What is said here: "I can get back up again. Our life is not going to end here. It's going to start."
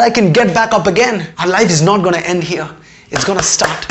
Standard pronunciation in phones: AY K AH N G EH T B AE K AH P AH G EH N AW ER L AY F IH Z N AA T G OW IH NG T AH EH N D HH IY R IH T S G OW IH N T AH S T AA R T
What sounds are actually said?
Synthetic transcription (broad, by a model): AY K AH N G EH T B AE K AH P AH G EH N AW ER L AY F IH Z N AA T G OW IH T EH N D HH IY R IH T S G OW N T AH S T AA R T